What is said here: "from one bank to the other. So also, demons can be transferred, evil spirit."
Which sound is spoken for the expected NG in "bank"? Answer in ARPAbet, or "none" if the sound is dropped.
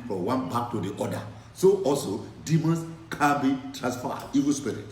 none